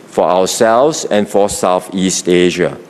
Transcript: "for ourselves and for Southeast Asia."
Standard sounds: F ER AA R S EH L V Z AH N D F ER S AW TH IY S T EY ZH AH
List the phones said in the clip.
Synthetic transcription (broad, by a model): F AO AA W S EH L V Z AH N F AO S AW TH IY S T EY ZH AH